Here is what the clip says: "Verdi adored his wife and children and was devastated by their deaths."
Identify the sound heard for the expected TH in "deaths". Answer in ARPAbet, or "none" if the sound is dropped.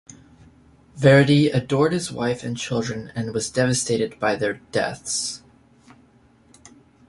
TH